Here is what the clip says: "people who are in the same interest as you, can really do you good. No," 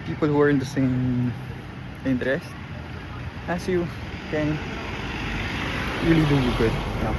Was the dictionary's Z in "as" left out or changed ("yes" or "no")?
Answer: yes